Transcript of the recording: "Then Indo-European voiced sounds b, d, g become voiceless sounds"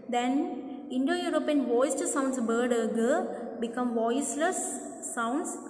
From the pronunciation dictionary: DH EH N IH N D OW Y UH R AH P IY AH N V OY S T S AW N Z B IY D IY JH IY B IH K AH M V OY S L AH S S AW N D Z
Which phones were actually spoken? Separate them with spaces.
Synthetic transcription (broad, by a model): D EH N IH N D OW Y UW R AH P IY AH N V OY S T S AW N S B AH D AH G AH B IH K AH M V OY S L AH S S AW N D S